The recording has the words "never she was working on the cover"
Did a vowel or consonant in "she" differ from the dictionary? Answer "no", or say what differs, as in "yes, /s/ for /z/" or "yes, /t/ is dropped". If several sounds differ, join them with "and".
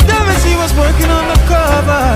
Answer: yes, /s/ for /ʃ/